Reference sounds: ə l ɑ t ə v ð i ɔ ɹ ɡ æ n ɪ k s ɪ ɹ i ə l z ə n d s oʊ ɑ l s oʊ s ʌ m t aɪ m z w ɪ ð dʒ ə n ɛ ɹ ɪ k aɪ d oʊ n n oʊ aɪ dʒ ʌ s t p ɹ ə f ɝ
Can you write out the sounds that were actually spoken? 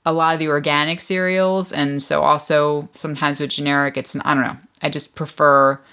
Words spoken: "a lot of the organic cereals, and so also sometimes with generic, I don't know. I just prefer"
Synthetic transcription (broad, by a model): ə l ɑ t ə v ð i ɔ ɹ ɡ æ n ɪ k s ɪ ɹ i l z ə n s oʊ ɑ l s oʊ s ʌ m t aɪ m z w ɪ ð dʒ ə n ɛ ɹ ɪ k aɪ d oʊ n n oʊ aɪ dʒ ʌ s p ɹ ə f ɝ